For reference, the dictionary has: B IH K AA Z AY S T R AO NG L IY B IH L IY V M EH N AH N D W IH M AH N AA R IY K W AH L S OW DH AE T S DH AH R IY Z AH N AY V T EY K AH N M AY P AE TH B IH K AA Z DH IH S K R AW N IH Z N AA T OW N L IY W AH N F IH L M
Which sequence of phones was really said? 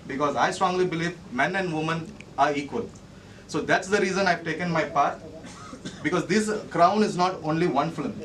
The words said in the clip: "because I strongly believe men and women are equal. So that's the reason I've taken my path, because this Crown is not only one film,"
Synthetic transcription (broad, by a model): B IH K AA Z AY S T R AO NG L IY B IH L IY V M EH N AH N D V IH M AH N AA R IY K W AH L S OW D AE T S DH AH R IY Z AH N AY V T EY K AH N M AY P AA T B IH K AA Z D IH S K R AW N IH Z N AA T OW N L IY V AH N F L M